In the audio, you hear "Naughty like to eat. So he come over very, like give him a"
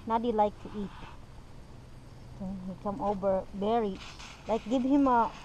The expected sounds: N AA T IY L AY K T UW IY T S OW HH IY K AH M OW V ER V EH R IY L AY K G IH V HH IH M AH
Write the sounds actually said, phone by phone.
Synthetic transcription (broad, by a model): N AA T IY L AY K T UW IY T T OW HH IY K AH M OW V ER B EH R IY L AY K G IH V HH IH M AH